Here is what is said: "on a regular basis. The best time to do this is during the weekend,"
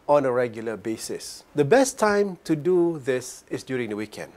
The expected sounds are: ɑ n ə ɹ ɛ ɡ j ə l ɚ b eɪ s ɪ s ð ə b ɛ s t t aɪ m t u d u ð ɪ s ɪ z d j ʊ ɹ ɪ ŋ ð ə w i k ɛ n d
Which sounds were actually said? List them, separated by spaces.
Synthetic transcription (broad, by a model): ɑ n ə ɹ ɛ ɡ j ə l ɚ b eɪ s ɪ s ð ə b ɛ s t t aɪ m t u d u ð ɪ s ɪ s d j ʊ ɹ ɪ ŋ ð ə w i k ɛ n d